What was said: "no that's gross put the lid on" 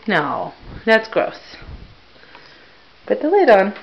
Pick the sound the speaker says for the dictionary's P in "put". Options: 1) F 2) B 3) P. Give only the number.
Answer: 2